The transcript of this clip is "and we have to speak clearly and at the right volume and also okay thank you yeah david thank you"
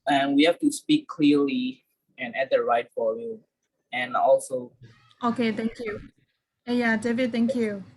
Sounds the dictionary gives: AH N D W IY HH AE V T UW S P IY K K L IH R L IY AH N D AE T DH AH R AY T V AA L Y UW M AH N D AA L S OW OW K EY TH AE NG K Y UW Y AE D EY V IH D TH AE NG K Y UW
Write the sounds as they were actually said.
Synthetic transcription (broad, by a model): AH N W IY HH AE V T UW S P IY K K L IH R L IY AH N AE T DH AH R AY T F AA Y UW AH N AA L S OW OW K EY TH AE NG K Y UW Y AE D EY V IH D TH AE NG K Y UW